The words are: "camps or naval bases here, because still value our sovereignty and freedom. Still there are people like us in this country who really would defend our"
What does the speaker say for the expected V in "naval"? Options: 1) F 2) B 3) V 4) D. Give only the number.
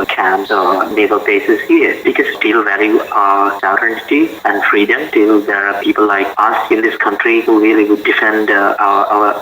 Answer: 2